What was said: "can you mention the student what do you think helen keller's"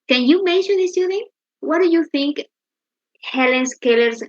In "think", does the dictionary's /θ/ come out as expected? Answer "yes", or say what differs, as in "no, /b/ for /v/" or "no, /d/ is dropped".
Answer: yes